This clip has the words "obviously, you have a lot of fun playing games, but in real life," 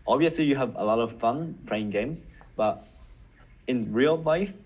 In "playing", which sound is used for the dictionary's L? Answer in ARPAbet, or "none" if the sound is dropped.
none